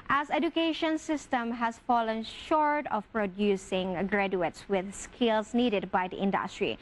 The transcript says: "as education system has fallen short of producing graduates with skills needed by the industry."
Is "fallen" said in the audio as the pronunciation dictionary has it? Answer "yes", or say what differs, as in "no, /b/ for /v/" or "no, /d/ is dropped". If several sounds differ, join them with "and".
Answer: yes